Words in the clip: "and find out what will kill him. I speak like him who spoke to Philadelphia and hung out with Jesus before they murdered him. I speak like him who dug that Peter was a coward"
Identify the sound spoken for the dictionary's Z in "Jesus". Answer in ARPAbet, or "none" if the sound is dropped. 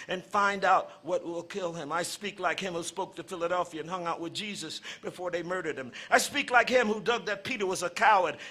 Z